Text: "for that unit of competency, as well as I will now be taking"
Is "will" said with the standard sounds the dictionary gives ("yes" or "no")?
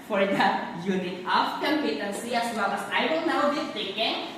no